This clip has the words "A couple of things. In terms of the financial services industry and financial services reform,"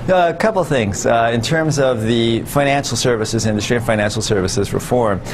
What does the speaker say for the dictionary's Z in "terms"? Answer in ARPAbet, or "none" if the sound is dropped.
Z